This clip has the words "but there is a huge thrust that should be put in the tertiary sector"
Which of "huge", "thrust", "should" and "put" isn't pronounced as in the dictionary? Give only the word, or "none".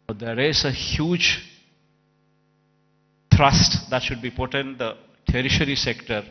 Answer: thrust